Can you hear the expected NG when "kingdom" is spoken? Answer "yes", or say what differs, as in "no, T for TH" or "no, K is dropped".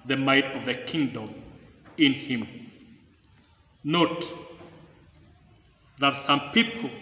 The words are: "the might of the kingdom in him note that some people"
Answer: yes